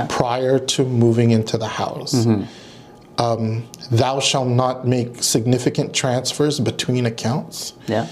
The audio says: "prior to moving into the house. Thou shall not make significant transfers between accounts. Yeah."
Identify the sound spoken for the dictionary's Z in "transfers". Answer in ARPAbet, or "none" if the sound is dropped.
Z